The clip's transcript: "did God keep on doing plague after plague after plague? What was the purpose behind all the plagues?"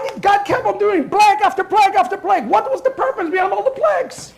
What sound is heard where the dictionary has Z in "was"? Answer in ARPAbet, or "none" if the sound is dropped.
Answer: Z